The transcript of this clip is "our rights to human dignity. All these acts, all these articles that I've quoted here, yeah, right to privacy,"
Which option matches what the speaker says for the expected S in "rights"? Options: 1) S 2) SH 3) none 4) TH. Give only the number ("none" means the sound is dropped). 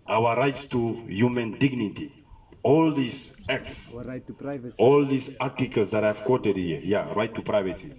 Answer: 1